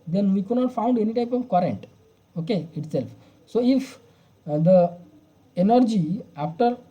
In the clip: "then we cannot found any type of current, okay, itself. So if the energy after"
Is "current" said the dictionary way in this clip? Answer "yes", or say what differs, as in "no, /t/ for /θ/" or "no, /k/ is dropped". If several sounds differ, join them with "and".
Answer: yes